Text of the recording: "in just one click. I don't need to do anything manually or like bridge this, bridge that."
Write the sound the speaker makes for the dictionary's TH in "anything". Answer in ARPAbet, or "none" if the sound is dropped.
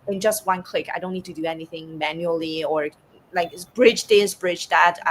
TH